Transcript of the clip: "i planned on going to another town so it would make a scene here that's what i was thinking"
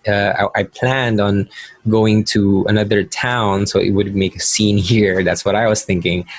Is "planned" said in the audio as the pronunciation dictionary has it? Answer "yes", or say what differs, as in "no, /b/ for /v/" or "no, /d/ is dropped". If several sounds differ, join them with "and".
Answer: yes